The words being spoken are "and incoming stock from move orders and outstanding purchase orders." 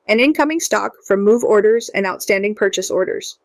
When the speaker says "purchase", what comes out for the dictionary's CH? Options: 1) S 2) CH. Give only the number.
2